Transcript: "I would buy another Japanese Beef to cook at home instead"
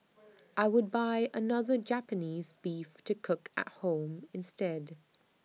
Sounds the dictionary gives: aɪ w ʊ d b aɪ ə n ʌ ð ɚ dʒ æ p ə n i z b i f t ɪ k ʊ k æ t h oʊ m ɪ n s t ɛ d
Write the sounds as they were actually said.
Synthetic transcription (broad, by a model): aɪ w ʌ d b aɪ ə n ʌ ð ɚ dʒ æ p ə n i z b i f t ɪ k ʊ k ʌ t h oʊ m ɪ n s t ɛ d